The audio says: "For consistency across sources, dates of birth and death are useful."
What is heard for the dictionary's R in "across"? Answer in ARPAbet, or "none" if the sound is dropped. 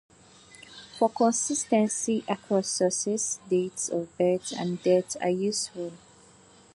none